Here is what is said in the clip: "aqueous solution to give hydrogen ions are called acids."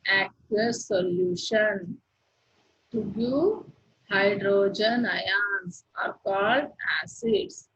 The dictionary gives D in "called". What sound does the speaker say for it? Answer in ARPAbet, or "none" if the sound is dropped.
D